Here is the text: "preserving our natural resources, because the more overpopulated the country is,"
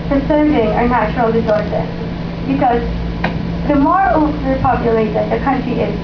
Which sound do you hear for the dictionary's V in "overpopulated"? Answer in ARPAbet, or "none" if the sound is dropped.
none